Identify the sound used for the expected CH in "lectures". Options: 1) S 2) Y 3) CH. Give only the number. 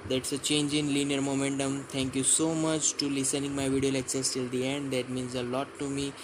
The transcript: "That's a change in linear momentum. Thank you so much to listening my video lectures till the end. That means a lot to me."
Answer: 1